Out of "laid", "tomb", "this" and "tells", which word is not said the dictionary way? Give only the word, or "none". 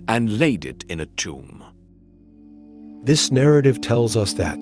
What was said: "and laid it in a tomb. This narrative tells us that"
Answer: none